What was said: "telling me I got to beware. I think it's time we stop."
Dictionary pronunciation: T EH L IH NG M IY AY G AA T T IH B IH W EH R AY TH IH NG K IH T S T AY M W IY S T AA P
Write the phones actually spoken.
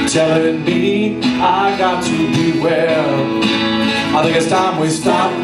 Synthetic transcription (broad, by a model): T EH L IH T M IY AY G AA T T IH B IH W EH L AY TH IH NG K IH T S T AY M W IY S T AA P